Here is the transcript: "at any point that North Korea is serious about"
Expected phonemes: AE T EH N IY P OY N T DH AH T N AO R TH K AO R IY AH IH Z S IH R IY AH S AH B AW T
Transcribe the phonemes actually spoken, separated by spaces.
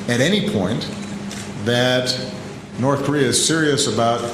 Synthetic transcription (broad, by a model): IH T EH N IY P OY N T DH AH T N AO R TH K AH R IY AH IH Z S IH R IY AH S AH B AW T